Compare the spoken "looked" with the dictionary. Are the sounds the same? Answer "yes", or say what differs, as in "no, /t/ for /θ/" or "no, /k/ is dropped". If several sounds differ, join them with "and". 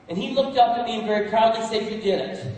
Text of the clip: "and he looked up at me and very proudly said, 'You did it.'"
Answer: yes